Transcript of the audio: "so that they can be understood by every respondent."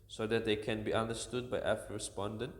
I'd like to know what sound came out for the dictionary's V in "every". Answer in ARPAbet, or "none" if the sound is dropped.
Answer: F